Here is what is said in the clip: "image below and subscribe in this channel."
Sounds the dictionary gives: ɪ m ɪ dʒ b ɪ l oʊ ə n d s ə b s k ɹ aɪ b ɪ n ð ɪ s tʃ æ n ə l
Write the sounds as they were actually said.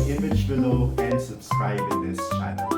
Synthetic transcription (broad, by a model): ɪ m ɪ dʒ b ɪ n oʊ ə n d s ə b s k ɹ aɪ b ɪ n ð ɪ s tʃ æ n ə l